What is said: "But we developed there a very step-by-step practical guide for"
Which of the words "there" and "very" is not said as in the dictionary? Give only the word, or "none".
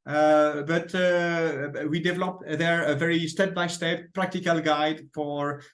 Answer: none